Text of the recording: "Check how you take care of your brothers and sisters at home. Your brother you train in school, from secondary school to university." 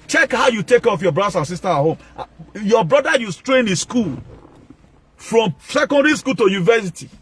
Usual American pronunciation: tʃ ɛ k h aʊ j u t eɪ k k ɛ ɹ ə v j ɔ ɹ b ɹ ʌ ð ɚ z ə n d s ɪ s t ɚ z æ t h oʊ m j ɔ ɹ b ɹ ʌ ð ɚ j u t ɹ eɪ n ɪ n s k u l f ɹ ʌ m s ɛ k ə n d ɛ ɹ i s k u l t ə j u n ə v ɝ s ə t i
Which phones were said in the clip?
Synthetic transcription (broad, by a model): tʃ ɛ k h aʊ j u t eɪ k k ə f j ɔ b ɹ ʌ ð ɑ s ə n s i s t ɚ ɑ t h oʊ m j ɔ b ɹ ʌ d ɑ j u t ɹ eɪ n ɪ s k u l f ɹ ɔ m s ɛ k ə n d ɛ ɹ i s k u l t ə j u n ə v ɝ s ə t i